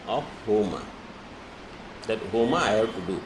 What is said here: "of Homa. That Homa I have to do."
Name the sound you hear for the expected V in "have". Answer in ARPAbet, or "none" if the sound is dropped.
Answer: B